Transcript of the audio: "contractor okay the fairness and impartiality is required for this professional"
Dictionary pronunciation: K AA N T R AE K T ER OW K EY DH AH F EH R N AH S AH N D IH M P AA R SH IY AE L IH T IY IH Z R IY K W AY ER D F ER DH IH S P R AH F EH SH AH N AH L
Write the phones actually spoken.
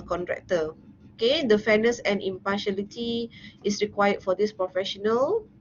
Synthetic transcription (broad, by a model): K AA N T R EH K T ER OW K EY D AH F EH N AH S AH N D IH M P AA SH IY L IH T IY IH S R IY K W AY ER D F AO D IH S P R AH F EH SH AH N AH L